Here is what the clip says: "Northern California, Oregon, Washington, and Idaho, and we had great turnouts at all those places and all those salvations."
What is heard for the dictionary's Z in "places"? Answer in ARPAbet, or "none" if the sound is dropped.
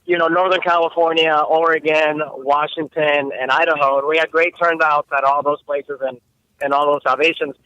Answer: Z